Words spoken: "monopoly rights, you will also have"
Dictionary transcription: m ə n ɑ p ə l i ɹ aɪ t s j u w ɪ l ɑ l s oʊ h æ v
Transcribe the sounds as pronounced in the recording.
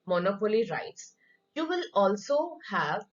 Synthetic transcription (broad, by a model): m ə n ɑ p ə l i ɹ aɪ t s j u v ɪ l ɑ l s oʊ h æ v